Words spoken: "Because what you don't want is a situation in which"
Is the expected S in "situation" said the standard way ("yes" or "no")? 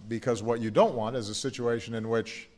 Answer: yes